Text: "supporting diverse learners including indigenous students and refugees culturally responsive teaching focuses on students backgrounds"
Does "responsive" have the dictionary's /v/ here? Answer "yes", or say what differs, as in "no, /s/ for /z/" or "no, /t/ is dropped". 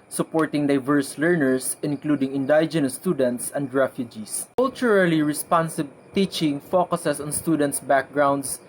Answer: no, /b/ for /v/